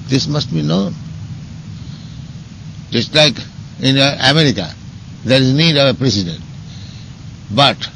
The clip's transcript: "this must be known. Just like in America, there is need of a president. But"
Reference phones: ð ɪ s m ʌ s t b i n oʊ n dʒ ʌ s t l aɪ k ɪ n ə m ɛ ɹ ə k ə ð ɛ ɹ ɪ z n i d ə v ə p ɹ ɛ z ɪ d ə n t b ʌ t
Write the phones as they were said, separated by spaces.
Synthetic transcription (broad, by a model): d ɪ s m ʌ s t b i n oʊ n dʒ ʌ s t l aɪ k ɪ n ə m ɛ ɹ ə k ə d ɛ ɹ ɪ z n i d ə v ə p ɹ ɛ s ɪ d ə n t b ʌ t